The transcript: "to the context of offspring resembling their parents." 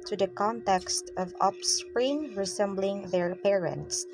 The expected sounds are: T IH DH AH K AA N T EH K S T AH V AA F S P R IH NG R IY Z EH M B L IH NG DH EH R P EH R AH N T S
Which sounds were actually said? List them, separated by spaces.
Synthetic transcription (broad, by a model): T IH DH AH K AA N T EH K S T AH V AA P S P R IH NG R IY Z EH M B L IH NG DH EH R P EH R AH N T S